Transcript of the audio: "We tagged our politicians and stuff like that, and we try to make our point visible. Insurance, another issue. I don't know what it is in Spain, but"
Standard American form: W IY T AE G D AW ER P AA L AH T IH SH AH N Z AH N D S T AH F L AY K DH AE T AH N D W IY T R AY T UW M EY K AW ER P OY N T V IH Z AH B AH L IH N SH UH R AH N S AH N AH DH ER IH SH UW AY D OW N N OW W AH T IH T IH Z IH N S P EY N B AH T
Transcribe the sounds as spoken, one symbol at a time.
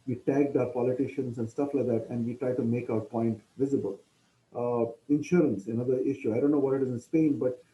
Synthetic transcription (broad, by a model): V IY T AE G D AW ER P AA L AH T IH SH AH N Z AH N D S T AH F L AY K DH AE T AH N D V IY T R AY T UW M EY K AW ER P OY N T V IH Z AH B AH L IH N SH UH R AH N S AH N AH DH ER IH SH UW AY D OW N N OW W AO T IH T IH Z IH N S P EY N B AH T